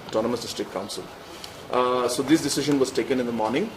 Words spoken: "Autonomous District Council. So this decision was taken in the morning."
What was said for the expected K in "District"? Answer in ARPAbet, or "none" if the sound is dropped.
none